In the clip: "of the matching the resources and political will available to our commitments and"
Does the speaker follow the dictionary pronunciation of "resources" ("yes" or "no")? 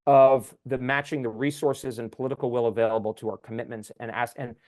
yes